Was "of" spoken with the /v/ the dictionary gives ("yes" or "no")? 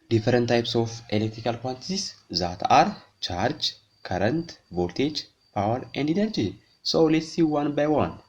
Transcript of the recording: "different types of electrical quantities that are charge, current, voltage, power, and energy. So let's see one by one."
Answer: no